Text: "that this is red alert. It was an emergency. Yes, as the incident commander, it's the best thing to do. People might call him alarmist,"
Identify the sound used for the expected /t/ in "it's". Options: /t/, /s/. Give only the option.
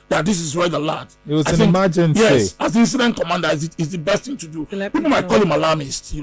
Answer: /s/